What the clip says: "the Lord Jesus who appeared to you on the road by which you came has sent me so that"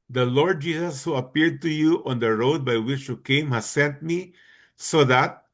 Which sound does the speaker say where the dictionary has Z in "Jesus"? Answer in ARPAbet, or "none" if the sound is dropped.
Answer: S